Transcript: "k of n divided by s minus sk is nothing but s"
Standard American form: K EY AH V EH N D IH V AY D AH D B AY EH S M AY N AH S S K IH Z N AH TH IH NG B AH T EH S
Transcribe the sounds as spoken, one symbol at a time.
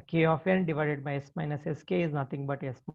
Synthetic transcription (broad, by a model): K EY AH F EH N D IH V AY D AH D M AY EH S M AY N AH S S K IH Z N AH T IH NG B AH T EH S